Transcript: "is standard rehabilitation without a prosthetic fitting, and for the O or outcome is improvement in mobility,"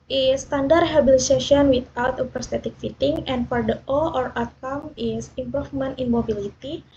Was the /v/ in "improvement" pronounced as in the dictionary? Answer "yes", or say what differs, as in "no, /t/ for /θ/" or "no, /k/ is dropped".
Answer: no, /f/ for /v/